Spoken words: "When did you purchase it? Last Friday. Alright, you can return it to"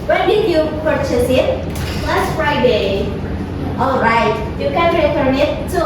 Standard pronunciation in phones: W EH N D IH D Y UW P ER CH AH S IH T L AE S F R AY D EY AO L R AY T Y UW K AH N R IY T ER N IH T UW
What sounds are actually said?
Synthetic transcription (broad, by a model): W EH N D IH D Y UW P ER CH AH S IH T L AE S F R AY D EY AO L R AY T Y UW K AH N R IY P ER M IH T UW